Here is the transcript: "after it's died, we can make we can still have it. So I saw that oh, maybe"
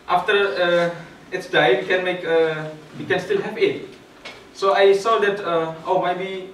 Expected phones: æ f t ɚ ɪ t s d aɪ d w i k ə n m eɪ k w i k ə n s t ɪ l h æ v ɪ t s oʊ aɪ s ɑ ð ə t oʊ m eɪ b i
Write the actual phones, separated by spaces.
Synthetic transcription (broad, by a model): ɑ f t ɚ ɪ t s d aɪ w i k ə n m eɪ k w i k ə n s t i l h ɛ p ɪ t s oʊ aɪ s ɑ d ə t oʊ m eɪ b i